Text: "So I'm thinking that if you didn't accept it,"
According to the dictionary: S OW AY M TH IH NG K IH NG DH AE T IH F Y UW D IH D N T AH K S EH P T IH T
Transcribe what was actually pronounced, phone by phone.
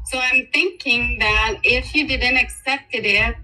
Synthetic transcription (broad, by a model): S OW AY M TH IH NG K IH NG DH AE T IH F Y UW D IH D N T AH K S EH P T IH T